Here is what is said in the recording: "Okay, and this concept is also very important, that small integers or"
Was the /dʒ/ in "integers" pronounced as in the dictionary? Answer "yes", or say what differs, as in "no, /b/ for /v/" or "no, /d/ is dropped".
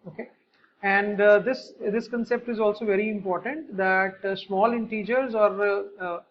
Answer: yes